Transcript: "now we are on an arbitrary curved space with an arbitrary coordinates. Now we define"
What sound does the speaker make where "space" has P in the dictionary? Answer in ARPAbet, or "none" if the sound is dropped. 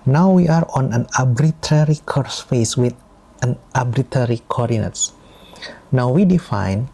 F